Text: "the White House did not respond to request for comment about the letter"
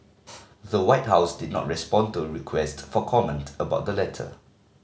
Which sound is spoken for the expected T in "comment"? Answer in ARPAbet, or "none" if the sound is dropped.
T